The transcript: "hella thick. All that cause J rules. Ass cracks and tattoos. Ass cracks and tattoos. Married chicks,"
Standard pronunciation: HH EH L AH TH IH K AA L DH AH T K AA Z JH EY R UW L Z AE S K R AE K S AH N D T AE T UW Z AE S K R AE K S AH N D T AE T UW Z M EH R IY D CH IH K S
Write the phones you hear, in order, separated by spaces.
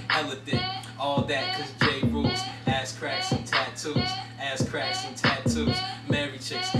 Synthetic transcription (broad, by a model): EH L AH F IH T AA L DH AH T K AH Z JH EY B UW Z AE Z K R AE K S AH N T AE T UW Z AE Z K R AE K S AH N T AE T UW Z M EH R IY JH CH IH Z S